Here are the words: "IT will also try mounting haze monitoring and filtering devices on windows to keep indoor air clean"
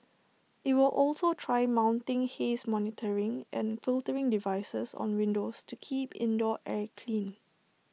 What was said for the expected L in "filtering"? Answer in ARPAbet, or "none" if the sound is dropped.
L